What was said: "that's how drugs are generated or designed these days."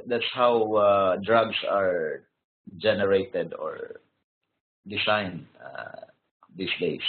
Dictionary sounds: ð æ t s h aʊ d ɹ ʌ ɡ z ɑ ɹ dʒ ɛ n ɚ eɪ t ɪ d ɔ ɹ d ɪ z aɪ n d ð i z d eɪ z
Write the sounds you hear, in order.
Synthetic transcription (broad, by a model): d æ t s h aʊ d ɹ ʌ ɡ s ɑ ɹ dʒ ɛ n ɚ eɪ t ɪ d ɔ ɹ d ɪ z aɪ n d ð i s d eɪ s